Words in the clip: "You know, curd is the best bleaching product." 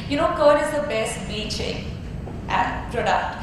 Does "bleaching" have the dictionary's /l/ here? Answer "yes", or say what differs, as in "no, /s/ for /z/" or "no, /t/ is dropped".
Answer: no, /l/ is dropped